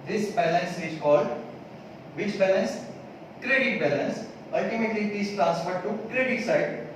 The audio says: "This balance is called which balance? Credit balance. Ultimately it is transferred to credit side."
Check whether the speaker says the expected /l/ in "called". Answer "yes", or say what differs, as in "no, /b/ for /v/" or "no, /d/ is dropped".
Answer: no, /l/ is dropped